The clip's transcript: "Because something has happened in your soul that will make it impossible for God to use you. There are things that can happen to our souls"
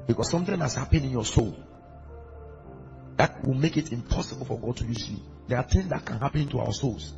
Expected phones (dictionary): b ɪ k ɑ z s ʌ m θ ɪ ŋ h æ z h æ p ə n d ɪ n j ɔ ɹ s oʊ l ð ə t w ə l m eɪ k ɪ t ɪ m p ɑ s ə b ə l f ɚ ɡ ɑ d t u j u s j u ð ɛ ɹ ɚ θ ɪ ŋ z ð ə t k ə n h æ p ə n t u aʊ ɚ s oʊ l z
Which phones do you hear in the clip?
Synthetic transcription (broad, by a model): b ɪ k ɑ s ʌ m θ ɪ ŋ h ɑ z h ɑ p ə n ɪ n j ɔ s oʊ l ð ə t w ə l m eɪ k ɪ t ɪ m p ɑ s ə b ə l f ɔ ɡ ɑ d t u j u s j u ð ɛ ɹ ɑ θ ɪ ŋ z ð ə t k ə n h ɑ p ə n t u aʊ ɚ s oʊ l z